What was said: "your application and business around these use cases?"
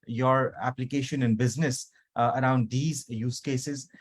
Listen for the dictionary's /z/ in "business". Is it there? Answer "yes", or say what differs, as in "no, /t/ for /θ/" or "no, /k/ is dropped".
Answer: yes